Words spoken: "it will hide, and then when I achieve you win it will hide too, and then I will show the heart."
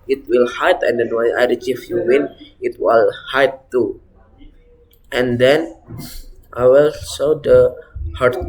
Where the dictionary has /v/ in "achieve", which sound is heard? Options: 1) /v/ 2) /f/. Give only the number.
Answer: 2